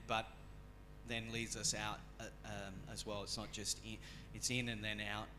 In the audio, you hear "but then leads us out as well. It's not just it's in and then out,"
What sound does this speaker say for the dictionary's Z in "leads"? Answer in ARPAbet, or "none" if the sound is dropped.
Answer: Z